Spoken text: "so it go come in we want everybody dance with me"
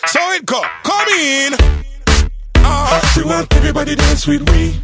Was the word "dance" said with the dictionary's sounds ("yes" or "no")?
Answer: no